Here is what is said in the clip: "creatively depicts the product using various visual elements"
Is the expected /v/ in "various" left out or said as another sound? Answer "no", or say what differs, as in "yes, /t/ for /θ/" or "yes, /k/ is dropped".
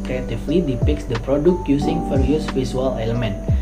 yes, /f/ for /v/